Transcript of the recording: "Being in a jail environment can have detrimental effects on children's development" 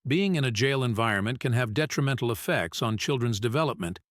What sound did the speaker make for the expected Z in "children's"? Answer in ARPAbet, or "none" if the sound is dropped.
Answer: Z